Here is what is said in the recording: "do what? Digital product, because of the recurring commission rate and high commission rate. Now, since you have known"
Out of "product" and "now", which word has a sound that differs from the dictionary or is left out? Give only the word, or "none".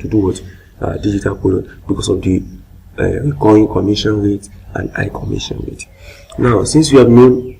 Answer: product